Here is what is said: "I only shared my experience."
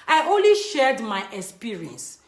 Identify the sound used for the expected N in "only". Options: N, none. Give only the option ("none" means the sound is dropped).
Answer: N